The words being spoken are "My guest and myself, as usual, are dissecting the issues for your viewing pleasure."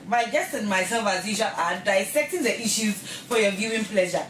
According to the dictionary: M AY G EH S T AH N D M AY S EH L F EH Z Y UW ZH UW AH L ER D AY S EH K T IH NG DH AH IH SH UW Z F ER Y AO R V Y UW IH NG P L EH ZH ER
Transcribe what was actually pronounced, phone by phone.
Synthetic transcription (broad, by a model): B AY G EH S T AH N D M AY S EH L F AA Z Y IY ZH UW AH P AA D AY S EH K T IH NG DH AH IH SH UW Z F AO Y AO V Y UW IH NG P L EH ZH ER